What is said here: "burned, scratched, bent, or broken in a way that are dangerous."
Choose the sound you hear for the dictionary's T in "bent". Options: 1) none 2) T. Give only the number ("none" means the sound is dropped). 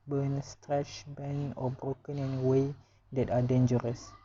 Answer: 1